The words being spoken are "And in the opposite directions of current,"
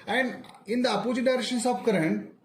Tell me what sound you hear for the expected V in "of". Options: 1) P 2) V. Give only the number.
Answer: 1